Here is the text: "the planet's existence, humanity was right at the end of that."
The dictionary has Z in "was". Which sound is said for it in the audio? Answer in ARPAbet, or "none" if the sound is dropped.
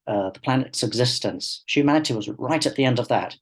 Z